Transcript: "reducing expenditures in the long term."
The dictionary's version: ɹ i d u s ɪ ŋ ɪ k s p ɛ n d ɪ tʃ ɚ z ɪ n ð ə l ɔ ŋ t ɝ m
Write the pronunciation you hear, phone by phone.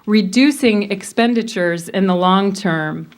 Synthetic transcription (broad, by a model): ɹ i d u s ɪ ŋ ɪ k s p ɛ n d ɪ tʃ ɚ z ɪ n ð ə l ɔ ŋ t ɝ m